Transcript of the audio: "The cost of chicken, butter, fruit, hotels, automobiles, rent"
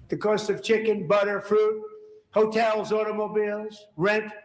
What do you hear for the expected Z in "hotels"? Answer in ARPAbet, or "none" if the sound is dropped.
Z